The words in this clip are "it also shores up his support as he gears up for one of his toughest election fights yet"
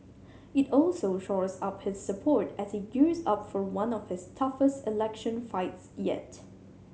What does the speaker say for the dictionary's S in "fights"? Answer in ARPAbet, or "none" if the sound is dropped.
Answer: S